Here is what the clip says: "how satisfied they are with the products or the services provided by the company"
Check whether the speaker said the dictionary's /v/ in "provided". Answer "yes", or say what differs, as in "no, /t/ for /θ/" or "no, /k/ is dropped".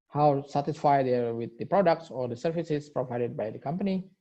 yes